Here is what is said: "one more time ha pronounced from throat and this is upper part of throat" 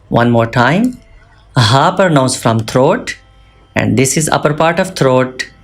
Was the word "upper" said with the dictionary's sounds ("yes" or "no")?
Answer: yes